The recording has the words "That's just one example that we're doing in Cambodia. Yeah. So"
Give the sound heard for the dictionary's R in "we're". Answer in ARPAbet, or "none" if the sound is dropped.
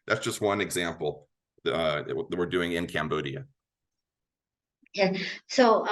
R